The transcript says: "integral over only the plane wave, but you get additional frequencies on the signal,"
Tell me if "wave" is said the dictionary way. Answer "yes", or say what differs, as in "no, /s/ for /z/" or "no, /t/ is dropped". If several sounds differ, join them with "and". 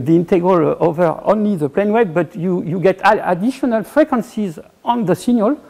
no, /b/ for /v/